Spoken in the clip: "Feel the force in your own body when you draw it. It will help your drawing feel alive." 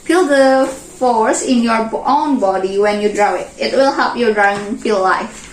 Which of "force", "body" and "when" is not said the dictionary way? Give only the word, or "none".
none